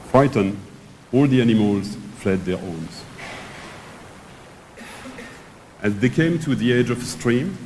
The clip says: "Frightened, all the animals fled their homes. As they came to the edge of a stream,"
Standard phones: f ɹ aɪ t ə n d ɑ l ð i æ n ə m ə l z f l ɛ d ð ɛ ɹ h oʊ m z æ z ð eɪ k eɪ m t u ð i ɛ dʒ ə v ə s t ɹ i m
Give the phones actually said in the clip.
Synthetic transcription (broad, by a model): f ɹ aɪ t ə n ɑ l ð i æ n ə m ə l z f l ɛ d ð ɛ ɹ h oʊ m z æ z ð eɪ k eɪ m t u ð i ɛ dʒ ə v ə s t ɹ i m